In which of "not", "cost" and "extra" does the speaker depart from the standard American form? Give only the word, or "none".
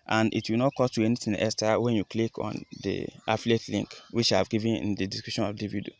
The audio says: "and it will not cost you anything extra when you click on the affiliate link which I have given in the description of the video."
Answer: extra